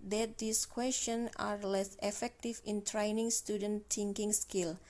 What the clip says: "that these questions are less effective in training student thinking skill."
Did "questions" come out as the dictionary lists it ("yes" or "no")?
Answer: no